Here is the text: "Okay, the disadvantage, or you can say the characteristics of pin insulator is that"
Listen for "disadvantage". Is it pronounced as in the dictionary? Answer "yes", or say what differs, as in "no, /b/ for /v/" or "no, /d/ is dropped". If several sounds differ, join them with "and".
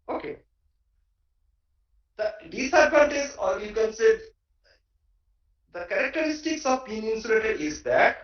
no, /p/ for /v/ and /z/ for /dʒ/